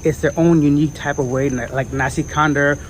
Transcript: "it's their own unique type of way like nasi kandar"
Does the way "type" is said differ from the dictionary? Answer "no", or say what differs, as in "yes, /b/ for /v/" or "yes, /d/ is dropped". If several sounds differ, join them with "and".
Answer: no